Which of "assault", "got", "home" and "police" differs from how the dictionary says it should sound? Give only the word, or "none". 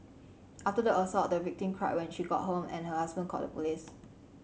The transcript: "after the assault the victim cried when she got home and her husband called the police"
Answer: assault